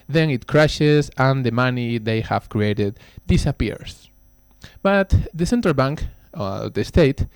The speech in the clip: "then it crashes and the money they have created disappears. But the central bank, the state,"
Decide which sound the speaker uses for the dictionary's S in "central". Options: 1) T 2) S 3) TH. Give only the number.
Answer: 2